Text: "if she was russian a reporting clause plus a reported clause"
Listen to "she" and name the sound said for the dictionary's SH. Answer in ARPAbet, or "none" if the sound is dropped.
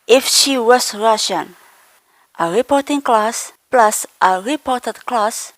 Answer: SH